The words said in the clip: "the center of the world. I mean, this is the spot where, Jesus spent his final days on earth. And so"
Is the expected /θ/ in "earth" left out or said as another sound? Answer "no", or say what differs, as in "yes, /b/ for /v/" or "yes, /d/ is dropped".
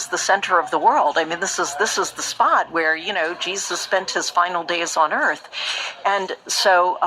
no